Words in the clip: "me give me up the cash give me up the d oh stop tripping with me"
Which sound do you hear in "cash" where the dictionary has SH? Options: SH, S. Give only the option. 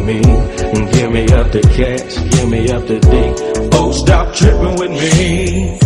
S